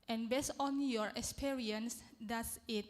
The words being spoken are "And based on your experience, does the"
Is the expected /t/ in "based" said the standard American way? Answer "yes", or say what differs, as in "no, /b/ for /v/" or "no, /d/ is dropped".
no, /t/ is dropped